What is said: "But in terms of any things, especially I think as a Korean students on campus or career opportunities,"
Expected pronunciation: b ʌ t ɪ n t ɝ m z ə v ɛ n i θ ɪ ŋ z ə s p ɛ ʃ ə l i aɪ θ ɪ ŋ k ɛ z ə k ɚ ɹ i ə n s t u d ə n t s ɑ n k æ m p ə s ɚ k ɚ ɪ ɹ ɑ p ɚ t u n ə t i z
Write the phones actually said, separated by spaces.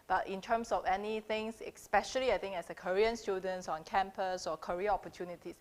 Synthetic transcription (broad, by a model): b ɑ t ɪ n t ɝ m s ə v ɛ n i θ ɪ ŋ s ə s p ɛ ʃ ə l i aɪ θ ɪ ŋ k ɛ s ə k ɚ ɹ i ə n s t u d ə n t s ɑ n k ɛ m p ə s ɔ k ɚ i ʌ ɑ p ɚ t u n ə t i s